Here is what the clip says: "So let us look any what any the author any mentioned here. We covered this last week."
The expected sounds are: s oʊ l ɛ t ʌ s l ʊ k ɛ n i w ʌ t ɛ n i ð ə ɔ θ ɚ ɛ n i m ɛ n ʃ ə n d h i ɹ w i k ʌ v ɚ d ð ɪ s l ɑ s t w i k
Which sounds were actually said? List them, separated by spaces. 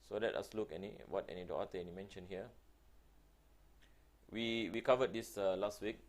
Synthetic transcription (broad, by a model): s oʊ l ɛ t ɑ s l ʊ k ɛ n i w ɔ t ɛ n i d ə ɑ t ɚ ɛ n i m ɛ n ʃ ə n h i w w i k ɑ v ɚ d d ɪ s l ɑ s t w i k